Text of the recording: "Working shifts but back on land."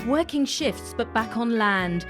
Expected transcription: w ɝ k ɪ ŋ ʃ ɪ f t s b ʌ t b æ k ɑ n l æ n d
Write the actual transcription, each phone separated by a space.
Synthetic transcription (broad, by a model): w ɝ k ɪ ŋ ʃ ɪ f t s b ʌ t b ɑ k n l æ n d